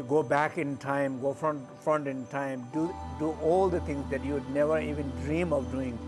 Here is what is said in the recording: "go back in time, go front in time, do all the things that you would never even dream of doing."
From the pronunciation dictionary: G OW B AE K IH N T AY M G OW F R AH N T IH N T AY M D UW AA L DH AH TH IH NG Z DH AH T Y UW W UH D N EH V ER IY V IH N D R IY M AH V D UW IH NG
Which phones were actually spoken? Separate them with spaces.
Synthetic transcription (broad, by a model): G OW B AE K IH N T AY M G OW F R AH N T IH N T AY M D UW AA L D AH T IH NG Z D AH T Y UW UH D N EH V ER IY V IH N D R IY M AH V D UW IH NG